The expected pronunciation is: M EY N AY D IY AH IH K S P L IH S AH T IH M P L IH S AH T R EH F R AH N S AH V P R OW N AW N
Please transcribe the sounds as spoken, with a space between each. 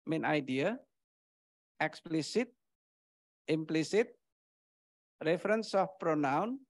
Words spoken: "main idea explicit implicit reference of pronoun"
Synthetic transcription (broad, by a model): M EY N AY D IY AH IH K S P L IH S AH T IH M P L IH S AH T R EH F R AH N S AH F P R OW N AW N